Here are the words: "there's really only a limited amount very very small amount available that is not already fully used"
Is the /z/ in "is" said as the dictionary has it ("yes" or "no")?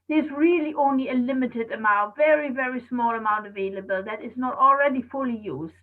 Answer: yes